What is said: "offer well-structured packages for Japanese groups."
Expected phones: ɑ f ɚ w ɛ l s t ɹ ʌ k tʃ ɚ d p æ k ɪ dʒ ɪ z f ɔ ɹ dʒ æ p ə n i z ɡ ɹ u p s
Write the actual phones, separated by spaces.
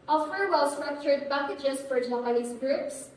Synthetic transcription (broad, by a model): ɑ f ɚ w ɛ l s t ɹ ʌ k tʃ ɚ d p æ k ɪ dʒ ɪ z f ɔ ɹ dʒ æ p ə l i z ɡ ɹ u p s